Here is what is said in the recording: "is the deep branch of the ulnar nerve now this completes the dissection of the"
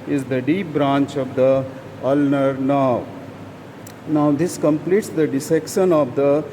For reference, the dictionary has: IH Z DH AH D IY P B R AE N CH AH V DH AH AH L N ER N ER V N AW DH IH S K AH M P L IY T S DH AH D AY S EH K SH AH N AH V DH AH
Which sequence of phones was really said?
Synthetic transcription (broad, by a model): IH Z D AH D IY P B R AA N CH AH V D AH AH L N ER N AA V N AW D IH S K AH M P L IY T S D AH D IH S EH K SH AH N AH V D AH